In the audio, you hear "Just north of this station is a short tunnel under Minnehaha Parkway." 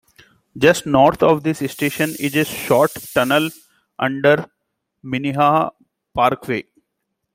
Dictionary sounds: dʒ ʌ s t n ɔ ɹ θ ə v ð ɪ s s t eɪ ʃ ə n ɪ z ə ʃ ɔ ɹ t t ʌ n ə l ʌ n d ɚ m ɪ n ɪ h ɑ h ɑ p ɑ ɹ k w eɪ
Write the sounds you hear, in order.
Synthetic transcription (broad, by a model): dʒ ʌ s t n ɔ ɹ t ə v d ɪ s s t eɪ ʃ ə n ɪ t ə ʃ ɔ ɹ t t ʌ n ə l ʌ n d ɚ m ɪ n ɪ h h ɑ p ɑ ɹ k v eɪ